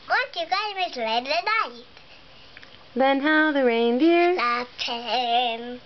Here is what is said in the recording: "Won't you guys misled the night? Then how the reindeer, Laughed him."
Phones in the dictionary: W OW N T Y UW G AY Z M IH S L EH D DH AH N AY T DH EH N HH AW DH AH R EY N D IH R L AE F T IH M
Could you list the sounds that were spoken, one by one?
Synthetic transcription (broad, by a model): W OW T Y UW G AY M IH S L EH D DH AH N AY T DH EH N HH AW DH AH R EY N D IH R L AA T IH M